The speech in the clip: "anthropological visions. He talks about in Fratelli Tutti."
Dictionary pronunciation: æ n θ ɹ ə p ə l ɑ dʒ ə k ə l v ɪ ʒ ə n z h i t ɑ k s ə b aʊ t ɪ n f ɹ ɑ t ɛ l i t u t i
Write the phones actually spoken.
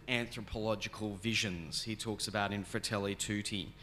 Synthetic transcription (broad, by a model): æ n θ ɹ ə p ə l ɑ dʒ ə k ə l v ɪ ʒ ə n z h i t ɑ k s ə b aʊ t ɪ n f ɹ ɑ t ɛ l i t u t i